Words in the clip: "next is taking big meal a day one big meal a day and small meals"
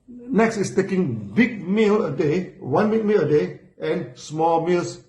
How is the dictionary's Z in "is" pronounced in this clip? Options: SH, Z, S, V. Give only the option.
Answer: S